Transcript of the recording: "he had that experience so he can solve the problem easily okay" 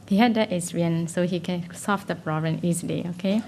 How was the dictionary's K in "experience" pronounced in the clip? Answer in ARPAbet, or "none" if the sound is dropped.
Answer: none